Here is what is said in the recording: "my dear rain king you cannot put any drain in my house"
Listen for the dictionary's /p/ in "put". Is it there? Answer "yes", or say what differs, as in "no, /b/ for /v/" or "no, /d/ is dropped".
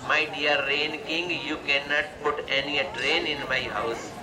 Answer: yes